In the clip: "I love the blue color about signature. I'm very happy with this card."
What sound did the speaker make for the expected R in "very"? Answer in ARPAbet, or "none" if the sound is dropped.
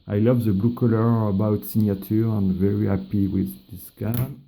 R